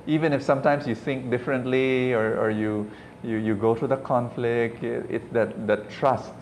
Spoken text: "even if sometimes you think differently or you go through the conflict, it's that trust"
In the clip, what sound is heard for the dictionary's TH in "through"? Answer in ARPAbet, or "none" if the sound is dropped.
T